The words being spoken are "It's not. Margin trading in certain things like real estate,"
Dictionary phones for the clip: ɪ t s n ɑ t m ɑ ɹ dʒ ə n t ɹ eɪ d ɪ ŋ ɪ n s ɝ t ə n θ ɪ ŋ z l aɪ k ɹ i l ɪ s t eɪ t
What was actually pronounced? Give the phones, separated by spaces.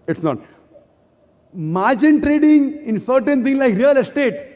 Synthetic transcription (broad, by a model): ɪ t s n ɑ t m ɑ ɹ dʒ ə n t ɹ eɪ d ɪ ŋ ɪ n s ɝ t ə n t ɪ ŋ l aɪ k ɹ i l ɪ s t eɪ t